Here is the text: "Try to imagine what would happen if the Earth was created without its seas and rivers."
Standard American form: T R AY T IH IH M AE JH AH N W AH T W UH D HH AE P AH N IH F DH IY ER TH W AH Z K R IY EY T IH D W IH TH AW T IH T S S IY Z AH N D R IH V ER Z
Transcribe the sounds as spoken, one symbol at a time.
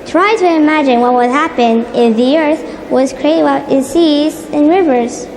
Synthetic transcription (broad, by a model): T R AY T IH IH M AE JH AH N W AH T W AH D HH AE P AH N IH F DH IY ER TH W AH Z K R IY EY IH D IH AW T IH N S S IY Z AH N R IH V ER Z